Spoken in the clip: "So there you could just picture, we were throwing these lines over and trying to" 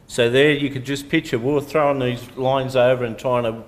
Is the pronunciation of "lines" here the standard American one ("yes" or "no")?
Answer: yes